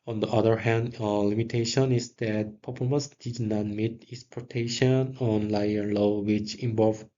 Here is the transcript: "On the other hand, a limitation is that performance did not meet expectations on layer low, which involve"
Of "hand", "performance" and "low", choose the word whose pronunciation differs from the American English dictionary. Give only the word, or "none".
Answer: performance